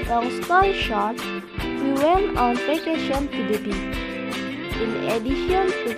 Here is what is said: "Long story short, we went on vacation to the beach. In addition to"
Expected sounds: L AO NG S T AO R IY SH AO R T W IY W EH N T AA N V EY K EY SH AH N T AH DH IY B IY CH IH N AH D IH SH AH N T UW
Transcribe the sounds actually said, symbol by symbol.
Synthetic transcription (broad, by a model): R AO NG S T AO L SH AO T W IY W EH N T AA N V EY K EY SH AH N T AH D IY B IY IH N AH D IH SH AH N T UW